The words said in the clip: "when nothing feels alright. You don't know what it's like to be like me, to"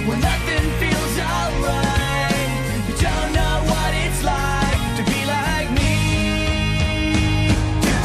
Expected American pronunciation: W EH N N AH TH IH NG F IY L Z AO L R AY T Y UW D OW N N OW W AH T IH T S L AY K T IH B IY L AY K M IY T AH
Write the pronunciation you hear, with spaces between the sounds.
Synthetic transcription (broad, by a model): W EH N N AH TH IH NG F IY L Z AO R AY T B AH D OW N N OW W AH T IH T S L AY K T IH B IY L AY K M IY